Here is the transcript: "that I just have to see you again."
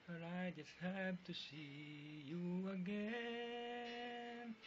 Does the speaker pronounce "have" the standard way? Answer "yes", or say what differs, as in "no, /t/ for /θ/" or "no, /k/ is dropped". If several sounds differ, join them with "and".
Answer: no, /b/ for /v/